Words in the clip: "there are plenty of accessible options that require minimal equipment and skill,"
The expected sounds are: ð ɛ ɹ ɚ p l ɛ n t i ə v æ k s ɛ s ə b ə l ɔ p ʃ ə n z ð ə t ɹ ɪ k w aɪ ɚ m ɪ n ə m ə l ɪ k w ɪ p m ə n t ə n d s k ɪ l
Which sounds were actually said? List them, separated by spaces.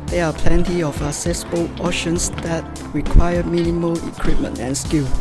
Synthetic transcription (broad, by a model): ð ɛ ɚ p l ɛ n t i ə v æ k s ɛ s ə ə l ɔ ʃ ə n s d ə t ɹ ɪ k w aɪ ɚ m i n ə m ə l ɪ k w ɪ p m ə n t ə n s k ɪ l